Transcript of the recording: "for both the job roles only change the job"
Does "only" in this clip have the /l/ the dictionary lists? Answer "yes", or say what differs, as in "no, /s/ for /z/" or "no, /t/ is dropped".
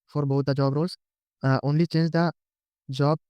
yes